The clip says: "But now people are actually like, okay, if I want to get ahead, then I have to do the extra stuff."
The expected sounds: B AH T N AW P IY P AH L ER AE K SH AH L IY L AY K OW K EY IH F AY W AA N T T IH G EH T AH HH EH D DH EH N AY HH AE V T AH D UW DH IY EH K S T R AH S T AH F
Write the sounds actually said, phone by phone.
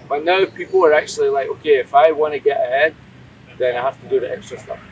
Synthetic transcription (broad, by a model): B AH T N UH P IY P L ER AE K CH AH L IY L AY K OW K EY IH F AY W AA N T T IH G EH T AH HH EH D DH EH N AY HH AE F T AH D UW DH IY EH K S T R AH S T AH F